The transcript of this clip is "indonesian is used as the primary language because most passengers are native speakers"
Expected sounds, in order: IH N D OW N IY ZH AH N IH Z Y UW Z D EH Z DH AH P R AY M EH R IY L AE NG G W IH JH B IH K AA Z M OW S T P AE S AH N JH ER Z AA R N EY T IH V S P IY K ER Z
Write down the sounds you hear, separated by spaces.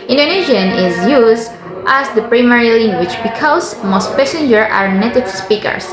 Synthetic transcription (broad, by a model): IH N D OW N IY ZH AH N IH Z Y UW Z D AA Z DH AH P R AY M EH R IY L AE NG G W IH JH B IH K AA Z M OW S T P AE S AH N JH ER AA R N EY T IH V S P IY K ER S